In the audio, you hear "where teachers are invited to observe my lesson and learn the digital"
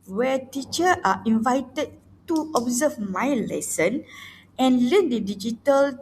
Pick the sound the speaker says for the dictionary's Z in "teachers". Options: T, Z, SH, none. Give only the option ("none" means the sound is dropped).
none